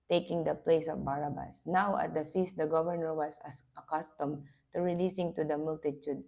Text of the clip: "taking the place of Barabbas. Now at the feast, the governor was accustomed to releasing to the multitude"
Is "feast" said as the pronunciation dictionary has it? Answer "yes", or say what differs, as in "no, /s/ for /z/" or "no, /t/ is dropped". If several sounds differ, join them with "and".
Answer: yes